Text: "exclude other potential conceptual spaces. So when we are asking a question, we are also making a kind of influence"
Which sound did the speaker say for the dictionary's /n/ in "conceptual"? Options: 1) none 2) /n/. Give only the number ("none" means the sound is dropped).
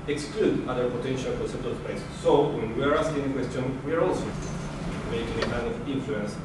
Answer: 1